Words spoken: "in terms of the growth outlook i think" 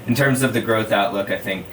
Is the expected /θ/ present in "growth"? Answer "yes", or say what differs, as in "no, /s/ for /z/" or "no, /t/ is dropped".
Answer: yes